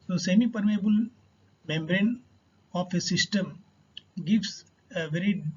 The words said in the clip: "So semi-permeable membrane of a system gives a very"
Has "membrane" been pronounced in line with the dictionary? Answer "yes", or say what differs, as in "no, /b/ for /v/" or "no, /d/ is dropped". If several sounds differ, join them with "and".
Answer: yes